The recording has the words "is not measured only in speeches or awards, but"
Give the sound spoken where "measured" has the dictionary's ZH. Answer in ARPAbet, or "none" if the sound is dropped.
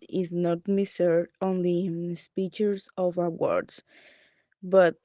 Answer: S